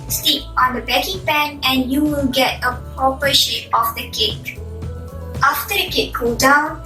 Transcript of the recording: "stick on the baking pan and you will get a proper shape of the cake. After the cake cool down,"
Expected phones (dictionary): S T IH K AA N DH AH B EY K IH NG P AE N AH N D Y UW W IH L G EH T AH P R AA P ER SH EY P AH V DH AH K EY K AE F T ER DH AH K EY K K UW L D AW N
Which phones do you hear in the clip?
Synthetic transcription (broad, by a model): S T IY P AA N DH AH B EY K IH NG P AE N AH N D Y UW W IH L G EH T AH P AA P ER SH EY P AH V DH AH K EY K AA F T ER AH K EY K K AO D AW N